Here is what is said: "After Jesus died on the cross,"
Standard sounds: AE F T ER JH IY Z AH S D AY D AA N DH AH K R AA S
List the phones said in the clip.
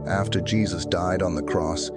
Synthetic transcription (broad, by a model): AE F T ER JH IY Z AH S D AY D N DH AH K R AA S